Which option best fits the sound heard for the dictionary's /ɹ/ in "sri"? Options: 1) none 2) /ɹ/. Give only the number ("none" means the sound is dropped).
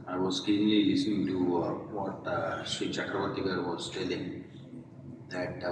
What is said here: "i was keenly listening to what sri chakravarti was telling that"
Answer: 1